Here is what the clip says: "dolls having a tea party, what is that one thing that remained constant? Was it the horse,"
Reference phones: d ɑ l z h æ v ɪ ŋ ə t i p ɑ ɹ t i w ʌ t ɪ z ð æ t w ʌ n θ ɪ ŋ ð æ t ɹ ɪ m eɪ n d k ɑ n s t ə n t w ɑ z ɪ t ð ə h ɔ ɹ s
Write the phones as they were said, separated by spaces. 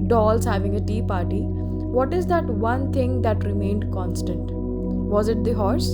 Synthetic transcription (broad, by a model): d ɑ l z h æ v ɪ ŋ ə t i p ɑ ɹ t i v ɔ t ɪ z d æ t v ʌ n t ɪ ŋ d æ t ɹ ɪ m eɪ n d k ɑ n s t ə n t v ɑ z ɪ t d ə h ɔ ɹ s